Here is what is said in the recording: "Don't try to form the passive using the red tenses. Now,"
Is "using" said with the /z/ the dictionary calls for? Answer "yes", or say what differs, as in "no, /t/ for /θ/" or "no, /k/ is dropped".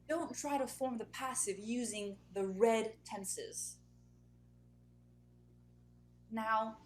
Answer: yes